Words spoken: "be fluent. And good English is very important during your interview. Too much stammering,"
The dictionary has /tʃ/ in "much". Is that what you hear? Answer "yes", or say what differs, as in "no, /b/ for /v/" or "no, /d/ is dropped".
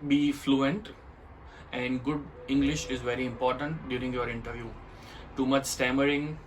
yes